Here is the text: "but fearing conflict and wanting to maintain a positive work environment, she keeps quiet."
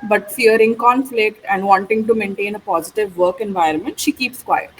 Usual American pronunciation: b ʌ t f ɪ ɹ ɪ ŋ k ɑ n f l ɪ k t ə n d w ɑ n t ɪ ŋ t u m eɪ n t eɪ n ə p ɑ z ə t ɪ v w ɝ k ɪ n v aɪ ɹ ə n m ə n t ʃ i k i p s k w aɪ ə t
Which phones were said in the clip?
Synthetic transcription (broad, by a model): b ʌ t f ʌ ɹ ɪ ŋ k ɑ n f l ɪ k t ə n d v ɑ n t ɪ ŋ t u m eɪ n t eɪ n ə p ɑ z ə t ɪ v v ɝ k ɪ n v aɪ ɹ ə n m ə n t ʃ i k i p s k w aɪ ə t